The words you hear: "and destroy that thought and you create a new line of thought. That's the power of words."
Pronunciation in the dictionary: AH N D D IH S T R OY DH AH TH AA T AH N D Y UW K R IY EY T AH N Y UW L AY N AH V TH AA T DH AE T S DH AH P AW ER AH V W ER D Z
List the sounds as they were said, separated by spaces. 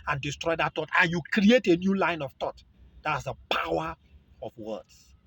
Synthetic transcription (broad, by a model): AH N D D IH S T R OY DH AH T AA T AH N Y UW K R IY EY T AH N Y UW L AY N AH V T AA T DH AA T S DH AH P AW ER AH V W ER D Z